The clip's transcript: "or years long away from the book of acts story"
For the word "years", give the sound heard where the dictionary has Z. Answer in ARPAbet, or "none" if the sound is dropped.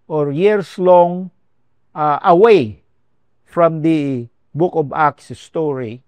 S